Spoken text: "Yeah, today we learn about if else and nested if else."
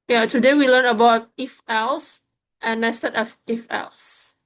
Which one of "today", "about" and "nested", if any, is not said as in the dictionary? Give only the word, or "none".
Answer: nested